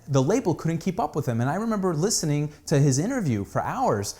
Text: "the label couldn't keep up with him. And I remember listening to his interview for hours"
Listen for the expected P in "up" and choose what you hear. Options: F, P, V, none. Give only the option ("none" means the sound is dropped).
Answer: P